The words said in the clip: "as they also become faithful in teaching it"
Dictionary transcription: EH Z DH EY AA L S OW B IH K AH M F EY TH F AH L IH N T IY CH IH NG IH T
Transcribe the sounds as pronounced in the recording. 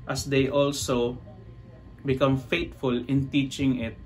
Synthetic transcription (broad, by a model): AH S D EY AA L S OW B IH K AH M F EY T F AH L IH N T IY CH IH NG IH T